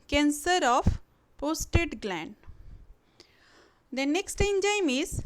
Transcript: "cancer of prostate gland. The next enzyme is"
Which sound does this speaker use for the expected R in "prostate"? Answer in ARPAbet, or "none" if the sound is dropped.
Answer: none